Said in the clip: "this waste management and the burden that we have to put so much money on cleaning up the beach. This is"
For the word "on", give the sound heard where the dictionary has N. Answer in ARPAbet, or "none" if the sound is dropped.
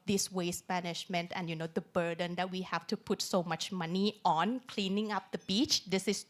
N